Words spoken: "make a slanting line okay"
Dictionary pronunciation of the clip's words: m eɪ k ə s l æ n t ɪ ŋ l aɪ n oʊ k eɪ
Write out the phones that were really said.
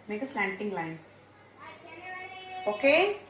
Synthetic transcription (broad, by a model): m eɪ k ə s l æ n t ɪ ŋ l aɪ n oʊ k eɪ